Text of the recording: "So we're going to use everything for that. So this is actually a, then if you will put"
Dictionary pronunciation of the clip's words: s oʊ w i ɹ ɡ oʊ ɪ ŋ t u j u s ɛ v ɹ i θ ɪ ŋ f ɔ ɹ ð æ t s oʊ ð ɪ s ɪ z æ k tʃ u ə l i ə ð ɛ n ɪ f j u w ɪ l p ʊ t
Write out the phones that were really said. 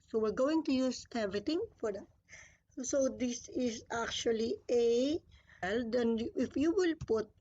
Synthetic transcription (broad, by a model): s oʊ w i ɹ ɡ oʊ ɪ ŋ t u j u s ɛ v ɹ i t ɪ ŋ f ɔ ɹ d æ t s oʊ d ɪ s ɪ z æ k tʃ u ə l i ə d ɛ n ɪ f j u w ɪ l p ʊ t